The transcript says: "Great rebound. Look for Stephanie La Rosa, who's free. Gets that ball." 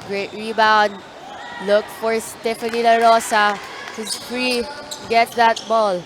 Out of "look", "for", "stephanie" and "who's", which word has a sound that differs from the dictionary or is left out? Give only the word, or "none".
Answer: who's